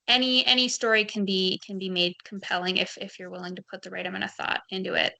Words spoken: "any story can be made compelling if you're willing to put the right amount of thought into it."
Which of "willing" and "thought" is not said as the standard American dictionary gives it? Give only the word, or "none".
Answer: none